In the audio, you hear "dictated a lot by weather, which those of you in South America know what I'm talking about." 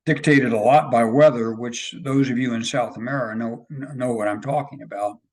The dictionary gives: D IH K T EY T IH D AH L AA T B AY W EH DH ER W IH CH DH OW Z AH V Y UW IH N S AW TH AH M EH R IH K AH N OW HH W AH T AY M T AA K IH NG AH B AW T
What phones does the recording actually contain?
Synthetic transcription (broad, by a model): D IH K T EY T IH D AH L AA T B AY W EH DH ER W IH CH DH OW Z AH V Y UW IH N S AW TH AH M EH R IH K AH N OW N W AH T AY M T AA K IH NG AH B AW T